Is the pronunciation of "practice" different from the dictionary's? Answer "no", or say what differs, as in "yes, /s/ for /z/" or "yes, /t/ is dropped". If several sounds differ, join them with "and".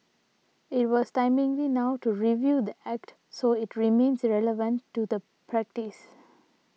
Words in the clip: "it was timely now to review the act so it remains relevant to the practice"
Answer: no